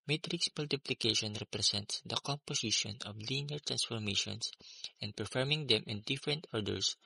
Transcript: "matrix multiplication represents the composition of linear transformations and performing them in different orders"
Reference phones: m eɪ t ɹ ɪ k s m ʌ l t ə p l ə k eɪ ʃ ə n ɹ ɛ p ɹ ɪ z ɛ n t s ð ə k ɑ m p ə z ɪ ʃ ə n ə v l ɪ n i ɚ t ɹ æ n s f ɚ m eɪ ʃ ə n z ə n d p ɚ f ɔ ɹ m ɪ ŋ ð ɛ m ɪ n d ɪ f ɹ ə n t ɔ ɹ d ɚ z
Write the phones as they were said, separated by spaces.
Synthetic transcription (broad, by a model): m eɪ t ɹ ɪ k s m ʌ l t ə p l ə k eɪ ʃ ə n ɹ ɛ p ɹ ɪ s ɛ n t s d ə k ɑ m p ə s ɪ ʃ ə n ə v l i n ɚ t ɹ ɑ n s f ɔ m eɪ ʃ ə n s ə n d p ɚ f ɔ ɹ m ɪ ŋ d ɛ m ɪ n d ɪ f ɹ ə n t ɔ ɹ d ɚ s